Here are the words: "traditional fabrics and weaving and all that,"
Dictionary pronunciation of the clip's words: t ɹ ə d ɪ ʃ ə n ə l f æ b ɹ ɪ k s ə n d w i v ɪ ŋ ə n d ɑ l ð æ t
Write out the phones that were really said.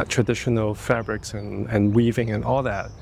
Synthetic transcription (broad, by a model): t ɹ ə d ɪ ʃ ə n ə l f æ b ɹ ɪ k s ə n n w i v ɪ ŋ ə n ɑ l ð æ t